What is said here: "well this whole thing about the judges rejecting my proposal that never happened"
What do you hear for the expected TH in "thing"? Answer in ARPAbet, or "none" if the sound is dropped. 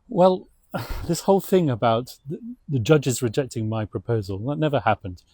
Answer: TH